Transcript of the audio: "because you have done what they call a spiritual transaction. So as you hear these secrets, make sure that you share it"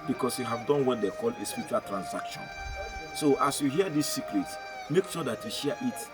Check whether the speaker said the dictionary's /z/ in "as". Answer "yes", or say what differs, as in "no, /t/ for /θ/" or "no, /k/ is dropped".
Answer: no, /s/ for /z/